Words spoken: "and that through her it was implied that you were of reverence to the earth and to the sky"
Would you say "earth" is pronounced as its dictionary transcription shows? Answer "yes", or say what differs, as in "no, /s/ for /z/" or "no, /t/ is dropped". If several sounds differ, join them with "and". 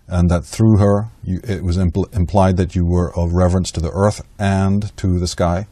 yes